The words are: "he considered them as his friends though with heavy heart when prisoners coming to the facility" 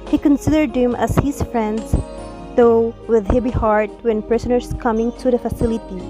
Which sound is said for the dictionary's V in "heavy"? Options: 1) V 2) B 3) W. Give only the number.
2